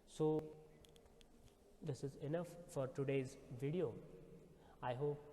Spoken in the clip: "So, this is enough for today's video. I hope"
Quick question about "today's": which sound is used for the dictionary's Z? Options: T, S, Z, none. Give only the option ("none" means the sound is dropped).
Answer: Z